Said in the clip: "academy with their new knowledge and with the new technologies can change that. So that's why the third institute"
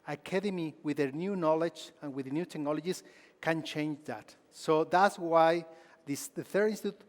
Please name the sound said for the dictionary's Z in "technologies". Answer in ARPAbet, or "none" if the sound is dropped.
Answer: S